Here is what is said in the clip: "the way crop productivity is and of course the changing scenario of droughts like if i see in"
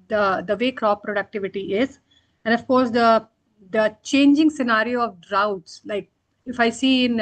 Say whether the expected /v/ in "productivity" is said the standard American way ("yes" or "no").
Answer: yes